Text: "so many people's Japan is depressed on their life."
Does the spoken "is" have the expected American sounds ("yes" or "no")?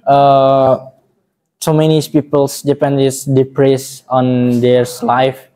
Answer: no